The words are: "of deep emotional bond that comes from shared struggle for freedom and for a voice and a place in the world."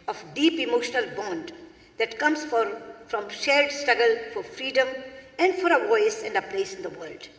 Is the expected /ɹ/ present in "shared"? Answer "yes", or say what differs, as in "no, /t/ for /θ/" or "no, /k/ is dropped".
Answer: no, /l/ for /ɹ/